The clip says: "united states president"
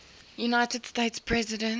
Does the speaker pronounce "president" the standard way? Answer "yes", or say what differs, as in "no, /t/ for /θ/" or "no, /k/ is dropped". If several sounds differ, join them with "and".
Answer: no, /t/ is dropped